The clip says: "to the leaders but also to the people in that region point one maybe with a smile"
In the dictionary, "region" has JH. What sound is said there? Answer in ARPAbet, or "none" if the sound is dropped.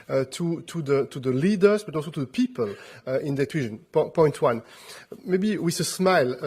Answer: ZH